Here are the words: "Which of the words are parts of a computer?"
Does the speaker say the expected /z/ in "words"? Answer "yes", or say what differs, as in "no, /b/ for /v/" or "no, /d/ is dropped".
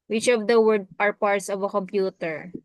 no, /z/ is dropped